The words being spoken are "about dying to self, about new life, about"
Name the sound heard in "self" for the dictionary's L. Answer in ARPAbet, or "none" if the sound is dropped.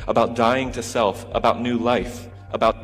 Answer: L